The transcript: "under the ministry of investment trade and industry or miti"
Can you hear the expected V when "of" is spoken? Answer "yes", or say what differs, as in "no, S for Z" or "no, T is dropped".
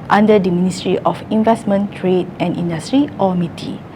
no, F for V